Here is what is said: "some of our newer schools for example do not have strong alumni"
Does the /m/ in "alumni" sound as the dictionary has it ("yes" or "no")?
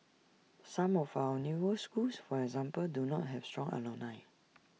no